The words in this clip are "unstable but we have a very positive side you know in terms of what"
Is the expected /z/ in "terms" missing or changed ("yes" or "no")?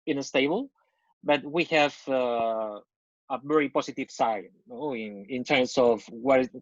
yes